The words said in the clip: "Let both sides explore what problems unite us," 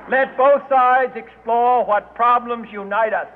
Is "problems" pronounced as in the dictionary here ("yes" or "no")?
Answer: yes